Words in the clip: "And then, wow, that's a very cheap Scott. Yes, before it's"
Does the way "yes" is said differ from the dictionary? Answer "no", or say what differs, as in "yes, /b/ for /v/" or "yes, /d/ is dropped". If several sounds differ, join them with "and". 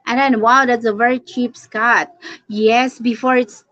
no